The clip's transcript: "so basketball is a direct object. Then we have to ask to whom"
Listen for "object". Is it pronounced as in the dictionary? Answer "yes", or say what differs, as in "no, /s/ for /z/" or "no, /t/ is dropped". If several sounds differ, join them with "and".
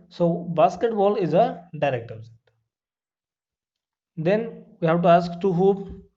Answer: no, /k/ is dropped